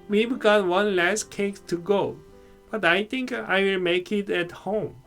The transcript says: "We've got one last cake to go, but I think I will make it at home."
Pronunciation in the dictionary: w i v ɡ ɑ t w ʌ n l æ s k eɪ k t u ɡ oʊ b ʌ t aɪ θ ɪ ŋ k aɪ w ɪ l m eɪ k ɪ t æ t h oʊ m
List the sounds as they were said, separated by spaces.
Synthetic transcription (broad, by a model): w i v ɡ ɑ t w ʌ n l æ s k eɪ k t u ɡ oʊ b ʌ t aɪ t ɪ ŋ k aɪ w ɪ l m eɪ k ɪ t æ t h oʊ m